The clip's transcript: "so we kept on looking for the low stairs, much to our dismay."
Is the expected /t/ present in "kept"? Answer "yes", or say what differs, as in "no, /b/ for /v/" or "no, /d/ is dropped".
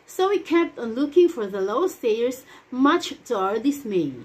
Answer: yes